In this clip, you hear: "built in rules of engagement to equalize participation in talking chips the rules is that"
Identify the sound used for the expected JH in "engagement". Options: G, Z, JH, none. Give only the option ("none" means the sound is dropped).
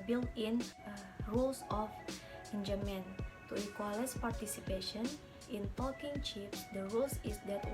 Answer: none